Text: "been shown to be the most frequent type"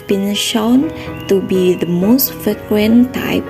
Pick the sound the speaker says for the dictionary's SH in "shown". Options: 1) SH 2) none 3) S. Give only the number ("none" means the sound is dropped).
1